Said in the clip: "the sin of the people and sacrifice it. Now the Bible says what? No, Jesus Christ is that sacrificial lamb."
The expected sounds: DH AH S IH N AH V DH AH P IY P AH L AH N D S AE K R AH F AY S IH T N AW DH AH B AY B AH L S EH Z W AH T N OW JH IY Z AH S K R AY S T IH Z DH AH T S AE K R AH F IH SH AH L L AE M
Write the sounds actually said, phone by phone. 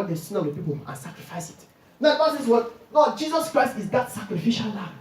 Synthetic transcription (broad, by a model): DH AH S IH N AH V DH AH P IY P AH L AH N S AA K R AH F AY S IH T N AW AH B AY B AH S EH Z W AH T N OW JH IY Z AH S K R AY S T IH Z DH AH T S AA K R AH F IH SH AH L L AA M